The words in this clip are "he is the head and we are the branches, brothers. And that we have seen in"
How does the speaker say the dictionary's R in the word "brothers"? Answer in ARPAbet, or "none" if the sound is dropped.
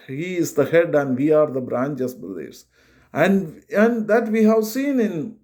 L